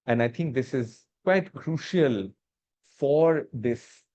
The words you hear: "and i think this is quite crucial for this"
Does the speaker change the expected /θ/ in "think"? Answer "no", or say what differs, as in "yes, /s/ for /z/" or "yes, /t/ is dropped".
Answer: yes, /t/ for /θ/